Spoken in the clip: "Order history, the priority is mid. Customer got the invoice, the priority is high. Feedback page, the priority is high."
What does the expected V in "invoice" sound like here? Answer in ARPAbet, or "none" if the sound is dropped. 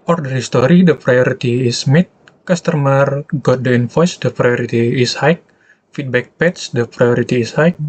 F